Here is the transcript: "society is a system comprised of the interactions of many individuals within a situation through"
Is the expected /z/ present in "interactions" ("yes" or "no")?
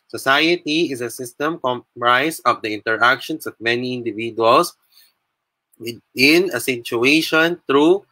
no